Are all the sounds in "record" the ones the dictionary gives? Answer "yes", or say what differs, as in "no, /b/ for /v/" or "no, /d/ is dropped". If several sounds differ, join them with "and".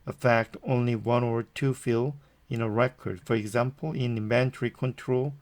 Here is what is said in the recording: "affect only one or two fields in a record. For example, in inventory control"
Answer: yes